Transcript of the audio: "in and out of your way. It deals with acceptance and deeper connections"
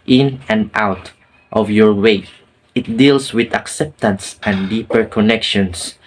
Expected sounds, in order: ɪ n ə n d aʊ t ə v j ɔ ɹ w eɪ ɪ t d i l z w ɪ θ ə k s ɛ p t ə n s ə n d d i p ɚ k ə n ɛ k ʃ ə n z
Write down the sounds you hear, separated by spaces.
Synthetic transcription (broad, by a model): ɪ n ə n d aʊ t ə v j ɔ ɹ w eɪ ɪ t d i l s w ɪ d ə k s ɛ p t ə n s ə n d d i p ɚ k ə n ɛ k ʃ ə n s